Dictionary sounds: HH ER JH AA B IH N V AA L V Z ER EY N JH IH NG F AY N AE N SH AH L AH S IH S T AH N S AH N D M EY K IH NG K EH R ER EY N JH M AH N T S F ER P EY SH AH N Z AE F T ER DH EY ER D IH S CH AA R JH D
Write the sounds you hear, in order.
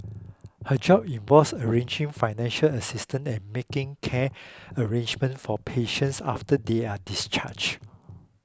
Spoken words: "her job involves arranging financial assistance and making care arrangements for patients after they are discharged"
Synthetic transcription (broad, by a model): HH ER JH AA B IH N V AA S ER EY N JH IH NG F AY N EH N SH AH L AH S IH S T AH N AH N M EY K IH NG K EH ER EY N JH M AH N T F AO P EY SH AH N S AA F T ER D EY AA D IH S CH AA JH